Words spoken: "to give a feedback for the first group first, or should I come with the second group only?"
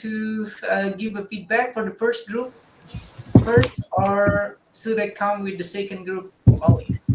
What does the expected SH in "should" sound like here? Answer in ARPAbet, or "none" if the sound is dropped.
S